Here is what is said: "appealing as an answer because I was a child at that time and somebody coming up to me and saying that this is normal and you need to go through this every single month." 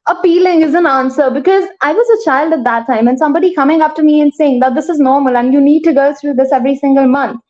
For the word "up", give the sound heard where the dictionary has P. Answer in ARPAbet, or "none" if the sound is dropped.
F